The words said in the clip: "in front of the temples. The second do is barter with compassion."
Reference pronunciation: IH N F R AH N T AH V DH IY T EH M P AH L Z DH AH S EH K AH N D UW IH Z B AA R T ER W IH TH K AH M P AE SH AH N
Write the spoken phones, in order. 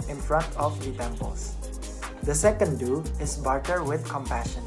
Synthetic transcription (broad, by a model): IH N F R AH N T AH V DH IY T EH M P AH L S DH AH S EH K AH N D UW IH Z B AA R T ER W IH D K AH M P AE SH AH N